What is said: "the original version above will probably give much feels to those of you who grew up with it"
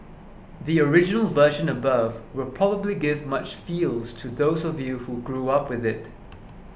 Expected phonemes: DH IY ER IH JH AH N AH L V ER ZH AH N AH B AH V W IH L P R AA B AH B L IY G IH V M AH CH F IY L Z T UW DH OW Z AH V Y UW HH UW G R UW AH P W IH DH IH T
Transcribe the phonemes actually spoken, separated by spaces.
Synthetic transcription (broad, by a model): DH IY ER IH JH AH N AH L V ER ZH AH N AH B AH V W IH L P R AA B AH B L IY G IH V M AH CH F IY L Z T UW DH OW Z AH V Y UW HH UW G R UW AH P W IH DH IH T